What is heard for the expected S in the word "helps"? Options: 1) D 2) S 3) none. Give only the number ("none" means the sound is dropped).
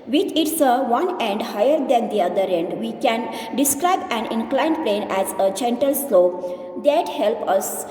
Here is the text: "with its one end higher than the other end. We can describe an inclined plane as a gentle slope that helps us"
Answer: 3